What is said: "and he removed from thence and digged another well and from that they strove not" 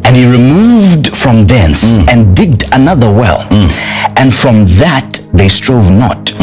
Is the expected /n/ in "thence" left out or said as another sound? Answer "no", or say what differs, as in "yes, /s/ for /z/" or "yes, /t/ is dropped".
no